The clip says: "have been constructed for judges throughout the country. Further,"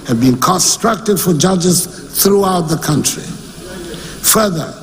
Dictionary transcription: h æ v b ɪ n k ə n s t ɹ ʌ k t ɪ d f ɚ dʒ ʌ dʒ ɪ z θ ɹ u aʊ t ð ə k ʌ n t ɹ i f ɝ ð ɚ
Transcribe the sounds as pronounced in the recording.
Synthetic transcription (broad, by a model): h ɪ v b ɪ n k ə n s t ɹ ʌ k t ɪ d f ɚ dʒ ʌ dʒ ɪ z θ ɹ u aʊ t ð ə k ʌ n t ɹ i f ɝ ð ɚ